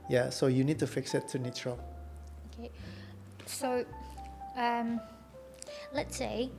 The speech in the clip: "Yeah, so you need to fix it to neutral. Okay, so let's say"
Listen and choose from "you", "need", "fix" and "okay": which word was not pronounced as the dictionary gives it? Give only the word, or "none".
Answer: none